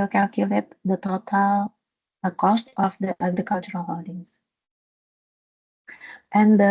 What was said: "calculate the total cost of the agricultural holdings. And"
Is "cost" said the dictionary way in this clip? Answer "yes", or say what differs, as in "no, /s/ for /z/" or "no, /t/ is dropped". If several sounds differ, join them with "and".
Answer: yes